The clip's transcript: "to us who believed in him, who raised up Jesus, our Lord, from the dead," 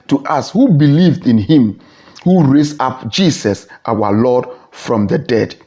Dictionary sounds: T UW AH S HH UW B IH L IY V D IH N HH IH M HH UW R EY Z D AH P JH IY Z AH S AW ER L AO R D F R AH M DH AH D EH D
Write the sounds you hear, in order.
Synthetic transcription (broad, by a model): T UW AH S HH UW B IH L IY V D IH N HH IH M HH UW R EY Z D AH P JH IY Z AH S AW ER L AO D F R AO M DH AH D EH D